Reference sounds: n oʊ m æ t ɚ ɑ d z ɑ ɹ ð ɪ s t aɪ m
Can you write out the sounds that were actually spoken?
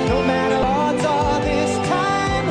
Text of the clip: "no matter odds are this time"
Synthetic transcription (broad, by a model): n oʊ m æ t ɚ ɑ d z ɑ l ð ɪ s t aɪ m